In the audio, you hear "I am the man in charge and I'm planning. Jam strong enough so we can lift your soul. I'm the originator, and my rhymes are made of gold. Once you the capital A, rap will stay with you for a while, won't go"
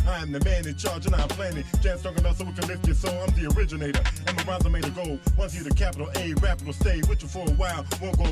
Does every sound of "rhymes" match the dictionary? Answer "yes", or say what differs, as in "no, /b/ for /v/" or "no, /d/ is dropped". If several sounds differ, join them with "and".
no, /m/ is dropped